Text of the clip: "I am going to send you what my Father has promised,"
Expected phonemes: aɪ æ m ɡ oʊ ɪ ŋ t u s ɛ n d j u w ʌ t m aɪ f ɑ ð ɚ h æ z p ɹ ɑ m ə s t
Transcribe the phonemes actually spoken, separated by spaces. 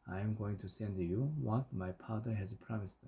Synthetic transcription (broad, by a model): aɪ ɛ m ɡ oʊ ɪ ŋ t u s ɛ n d j u w ʌ t m aɪ p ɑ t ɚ h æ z p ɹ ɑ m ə s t